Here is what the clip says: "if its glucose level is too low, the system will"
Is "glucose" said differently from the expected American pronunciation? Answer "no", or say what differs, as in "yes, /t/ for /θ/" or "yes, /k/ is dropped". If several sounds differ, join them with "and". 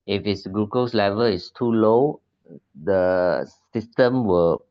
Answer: yes, /l/ is dropped